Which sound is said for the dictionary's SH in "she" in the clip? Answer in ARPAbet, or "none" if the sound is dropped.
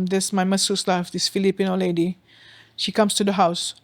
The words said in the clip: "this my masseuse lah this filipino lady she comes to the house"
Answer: SH